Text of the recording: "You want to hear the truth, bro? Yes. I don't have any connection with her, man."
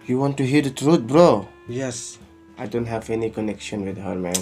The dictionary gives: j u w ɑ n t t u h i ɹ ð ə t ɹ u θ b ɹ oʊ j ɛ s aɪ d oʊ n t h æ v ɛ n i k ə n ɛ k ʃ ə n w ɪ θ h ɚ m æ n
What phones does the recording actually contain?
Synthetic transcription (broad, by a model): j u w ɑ n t t u h i ɹ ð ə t ɹ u t b ɹ oʊ j ɛ s aɪ d oʊ n t h æ v ɛ n i k ə n ɛ k ʃ ə n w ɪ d h ɚ m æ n